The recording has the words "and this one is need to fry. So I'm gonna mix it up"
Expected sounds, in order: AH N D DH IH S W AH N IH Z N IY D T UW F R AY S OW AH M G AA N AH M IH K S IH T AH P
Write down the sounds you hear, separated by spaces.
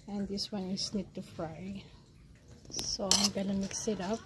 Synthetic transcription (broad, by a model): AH N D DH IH S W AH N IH S N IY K T UW F R AY S OW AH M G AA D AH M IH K S IH T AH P